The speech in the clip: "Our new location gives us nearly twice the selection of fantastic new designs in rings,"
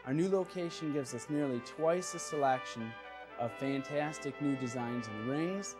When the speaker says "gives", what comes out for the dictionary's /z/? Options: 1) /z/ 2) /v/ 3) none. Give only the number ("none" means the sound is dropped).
1